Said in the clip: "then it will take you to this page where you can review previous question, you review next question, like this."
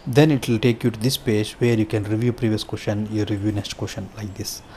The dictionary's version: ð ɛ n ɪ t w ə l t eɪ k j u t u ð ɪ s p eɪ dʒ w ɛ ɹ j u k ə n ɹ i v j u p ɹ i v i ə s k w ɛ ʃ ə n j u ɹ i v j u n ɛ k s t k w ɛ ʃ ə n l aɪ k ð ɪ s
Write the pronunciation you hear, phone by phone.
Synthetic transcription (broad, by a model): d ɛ n ɪ t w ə l t eɪ k j u t u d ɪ s p eɪ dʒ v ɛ ɹ j u k ə n ɹ i v j u p ɹ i v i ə s k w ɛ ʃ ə n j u ɹ i v j u n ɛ s t k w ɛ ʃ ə n l aɪ k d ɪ s